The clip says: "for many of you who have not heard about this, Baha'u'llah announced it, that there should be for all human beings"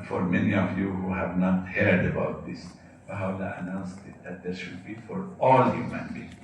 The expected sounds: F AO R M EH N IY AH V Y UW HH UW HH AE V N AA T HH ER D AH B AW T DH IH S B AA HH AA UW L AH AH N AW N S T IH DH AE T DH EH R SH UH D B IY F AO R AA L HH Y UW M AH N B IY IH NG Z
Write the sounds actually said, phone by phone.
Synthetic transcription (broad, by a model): F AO R M EH N IY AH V Y UW HH UW HH AE V N AA T HH ER D AH B AW T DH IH S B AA HH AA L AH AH N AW N S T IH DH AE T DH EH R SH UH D B IY F AO R AA L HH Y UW M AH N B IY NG